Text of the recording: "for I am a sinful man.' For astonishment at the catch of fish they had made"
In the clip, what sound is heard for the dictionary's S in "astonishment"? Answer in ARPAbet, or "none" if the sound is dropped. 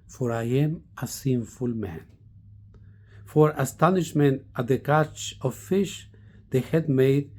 S